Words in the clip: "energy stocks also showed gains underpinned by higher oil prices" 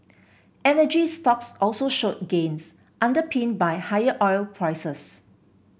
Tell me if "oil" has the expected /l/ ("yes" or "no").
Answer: yes